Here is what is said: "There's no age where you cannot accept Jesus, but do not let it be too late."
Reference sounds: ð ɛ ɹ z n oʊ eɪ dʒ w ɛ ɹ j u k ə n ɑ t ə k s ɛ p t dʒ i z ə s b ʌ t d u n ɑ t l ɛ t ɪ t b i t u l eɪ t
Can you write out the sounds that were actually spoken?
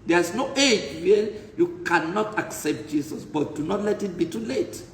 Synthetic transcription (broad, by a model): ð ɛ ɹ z n oʊ eɪ dʒ w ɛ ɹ j u k ə n ɑ t ə k s ɛ p t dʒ i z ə s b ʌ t d u n ɑ t l ɛ t ɪ t b i t u l eɪ t